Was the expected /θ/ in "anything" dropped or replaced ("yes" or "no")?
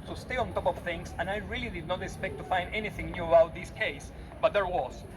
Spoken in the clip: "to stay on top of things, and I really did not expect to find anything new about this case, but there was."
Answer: no